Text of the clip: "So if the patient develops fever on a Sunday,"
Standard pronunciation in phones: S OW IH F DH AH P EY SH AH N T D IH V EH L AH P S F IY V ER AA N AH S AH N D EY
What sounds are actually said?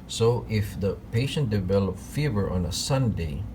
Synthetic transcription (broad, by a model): S OW IH F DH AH P EY SH AH N T D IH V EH L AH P F IY V ER AA N AH S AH N D EY